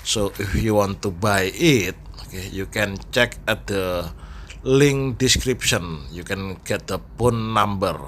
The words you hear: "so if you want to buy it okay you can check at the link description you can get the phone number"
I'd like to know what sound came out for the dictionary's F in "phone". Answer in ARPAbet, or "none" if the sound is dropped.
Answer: P